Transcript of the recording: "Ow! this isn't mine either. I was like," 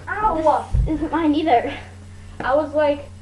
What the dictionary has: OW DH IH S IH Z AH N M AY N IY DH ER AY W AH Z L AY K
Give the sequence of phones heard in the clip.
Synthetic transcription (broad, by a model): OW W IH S IH Z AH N M AY N IY DH ER AY W AH Z L AY K